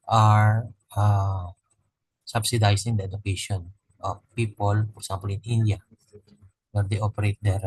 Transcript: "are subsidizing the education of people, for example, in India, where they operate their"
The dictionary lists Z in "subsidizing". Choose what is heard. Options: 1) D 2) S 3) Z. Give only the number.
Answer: 2